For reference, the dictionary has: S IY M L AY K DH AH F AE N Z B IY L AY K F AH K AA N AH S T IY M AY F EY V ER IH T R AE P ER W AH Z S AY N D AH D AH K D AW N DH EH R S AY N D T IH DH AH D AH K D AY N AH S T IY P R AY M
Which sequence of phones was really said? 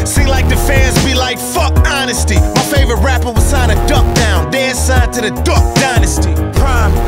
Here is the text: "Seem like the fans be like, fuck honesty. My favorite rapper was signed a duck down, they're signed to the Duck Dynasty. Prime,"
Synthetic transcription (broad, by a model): S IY L AY K DH AH F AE Z B IY L AY K F AH K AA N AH S T IY M AY F EY V ER IH T R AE P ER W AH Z S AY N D AH D AH K D AW N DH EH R S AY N T IH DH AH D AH K D AY N AH S T IY P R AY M